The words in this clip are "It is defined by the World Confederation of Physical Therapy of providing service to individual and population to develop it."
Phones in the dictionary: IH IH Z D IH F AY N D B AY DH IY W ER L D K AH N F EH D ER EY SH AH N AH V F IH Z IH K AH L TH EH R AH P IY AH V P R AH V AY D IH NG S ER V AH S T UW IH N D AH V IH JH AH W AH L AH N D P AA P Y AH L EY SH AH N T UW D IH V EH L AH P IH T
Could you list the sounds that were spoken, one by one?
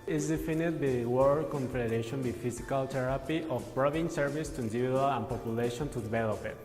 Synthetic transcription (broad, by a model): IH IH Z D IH F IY N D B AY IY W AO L K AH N F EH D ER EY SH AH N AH F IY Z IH K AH L T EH R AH P IY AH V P R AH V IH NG S ER V AH S T UW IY N D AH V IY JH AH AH L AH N P AA P Y AH L EY SH AH N T UW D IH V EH L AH P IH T